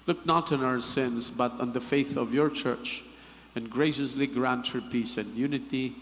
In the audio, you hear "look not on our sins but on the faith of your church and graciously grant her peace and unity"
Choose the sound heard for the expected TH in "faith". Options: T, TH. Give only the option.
TH